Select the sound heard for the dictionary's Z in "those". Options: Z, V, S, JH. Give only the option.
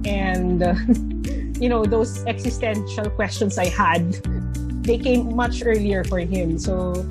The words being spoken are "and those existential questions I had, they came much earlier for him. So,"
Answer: S